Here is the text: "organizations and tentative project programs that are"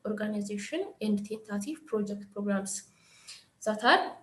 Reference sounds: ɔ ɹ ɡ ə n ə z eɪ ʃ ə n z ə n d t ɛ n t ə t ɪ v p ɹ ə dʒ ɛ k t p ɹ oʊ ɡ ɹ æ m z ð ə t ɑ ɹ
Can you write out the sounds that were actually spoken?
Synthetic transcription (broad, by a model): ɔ ɹ ɡ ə n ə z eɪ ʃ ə n ə n d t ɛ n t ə t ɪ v p ɹ ə dʒ ɛ k t p ɹ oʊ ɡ ɹ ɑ m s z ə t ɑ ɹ